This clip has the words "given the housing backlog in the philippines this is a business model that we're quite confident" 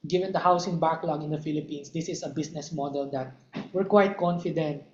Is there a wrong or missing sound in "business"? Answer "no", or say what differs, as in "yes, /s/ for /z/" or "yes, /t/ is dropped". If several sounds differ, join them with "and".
yes, /s/ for /z/